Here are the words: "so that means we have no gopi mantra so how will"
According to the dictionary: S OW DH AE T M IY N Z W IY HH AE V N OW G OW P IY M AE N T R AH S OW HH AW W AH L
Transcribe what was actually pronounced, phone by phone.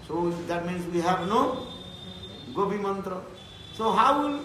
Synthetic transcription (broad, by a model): S OW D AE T M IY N S W IY HH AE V N OW G OW B IY M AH N T R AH S OW HH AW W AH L